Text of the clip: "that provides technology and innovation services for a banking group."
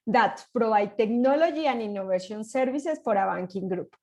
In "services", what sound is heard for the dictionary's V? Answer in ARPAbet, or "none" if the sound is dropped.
B